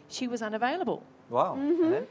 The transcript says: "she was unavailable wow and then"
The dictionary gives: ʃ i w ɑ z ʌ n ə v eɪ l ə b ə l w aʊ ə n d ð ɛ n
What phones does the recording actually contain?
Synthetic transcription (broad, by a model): ʃ i w ɑ z ʌ n ə v eɪ l ə b ə l w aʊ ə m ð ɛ